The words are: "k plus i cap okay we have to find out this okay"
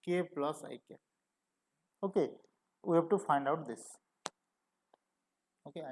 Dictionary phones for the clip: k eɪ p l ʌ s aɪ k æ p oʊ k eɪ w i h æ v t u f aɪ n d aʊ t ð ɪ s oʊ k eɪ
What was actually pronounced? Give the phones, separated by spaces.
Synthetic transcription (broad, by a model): k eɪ p l ʌ s aɪ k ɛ oʊ k eɪ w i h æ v t u f aɪ n d aʊ t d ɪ s oʊ k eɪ